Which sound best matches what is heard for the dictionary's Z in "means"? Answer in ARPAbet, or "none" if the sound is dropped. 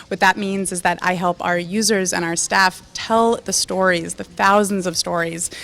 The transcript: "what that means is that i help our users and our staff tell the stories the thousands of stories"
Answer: Z